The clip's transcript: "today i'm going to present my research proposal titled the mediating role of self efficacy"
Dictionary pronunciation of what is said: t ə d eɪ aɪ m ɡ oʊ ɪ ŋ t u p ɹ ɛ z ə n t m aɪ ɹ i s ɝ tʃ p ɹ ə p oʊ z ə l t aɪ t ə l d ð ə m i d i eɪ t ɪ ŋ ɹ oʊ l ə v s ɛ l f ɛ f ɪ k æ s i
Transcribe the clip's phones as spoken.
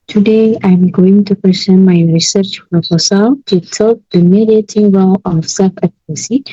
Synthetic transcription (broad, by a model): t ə d eɪ aɪ m ɡ oʊ ɪ ŋ t u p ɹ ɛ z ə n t m aɪ ɹ i s ɝ tʃ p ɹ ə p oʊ s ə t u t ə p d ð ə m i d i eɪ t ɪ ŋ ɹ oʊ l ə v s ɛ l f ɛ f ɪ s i